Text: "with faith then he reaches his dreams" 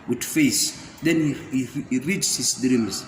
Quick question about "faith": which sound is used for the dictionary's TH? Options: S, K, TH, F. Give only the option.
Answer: S